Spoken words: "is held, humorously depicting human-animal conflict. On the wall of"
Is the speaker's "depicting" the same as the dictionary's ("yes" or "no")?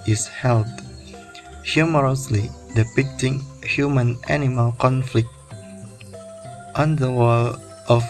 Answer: yes